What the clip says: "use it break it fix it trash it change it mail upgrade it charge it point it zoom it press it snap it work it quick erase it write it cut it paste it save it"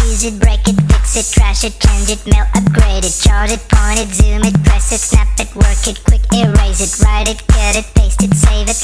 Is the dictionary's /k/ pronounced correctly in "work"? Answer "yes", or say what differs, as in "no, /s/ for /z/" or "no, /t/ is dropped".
yes